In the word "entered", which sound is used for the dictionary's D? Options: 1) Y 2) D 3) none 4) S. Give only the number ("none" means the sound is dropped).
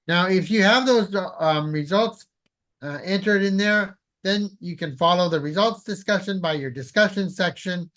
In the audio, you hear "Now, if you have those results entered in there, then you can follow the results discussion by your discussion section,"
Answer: 2